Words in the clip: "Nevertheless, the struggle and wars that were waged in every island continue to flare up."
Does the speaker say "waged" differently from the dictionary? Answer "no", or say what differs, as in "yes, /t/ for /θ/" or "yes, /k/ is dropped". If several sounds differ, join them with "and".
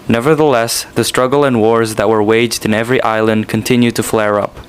no